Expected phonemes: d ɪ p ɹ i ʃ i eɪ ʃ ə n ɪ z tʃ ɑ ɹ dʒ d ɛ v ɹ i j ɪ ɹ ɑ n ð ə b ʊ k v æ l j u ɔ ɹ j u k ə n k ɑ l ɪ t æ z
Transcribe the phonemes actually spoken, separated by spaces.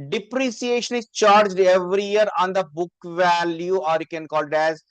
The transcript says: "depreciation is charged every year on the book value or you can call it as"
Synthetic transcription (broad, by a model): d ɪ p ɹ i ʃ i eɪ ʃ ə n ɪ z tʃ ɑ ɹ dʒ d ɛ v ɹ i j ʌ ɹ ɑ n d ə b ʊ k v æ l j u ɔ ɹ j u k ə n k ɑ l ɪ t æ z